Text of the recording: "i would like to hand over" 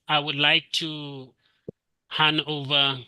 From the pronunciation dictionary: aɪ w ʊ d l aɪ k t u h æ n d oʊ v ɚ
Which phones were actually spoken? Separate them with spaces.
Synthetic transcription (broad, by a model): aɪ w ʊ d l aɪ k t u h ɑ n oʊ v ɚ